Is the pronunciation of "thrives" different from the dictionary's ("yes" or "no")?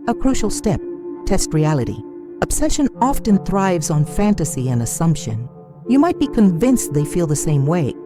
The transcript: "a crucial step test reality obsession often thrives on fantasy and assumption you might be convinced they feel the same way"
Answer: no